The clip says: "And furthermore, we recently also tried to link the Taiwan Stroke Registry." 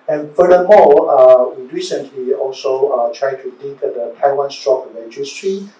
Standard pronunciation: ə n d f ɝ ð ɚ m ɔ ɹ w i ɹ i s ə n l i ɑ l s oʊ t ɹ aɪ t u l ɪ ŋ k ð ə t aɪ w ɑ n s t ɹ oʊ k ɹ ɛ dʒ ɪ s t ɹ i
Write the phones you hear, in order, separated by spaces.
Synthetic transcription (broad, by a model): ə n f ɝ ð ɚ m ɔ l w i ɹ i s ə n l i ɑ l s oʊ t ɹ aɪ t u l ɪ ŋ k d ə t aɪ w ɑ n s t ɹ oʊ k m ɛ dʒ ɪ s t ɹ i